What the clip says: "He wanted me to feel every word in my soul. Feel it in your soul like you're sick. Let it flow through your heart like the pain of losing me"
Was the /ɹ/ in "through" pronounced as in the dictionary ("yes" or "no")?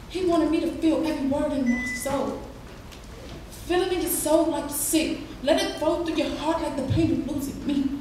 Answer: no